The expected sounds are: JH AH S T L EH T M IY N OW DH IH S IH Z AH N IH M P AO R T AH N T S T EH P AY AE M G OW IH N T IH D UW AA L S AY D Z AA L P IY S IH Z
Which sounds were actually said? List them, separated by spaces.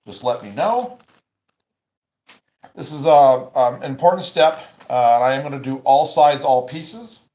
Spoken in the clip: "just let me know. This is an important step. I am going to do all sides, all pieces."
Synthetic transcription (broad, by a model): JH AH S T L EH T M IY N OW DH IH S IH Z AH N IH M P AO R T N T S T EH P AY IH M G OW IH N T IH D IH AA L S AY D Z AA L P IY S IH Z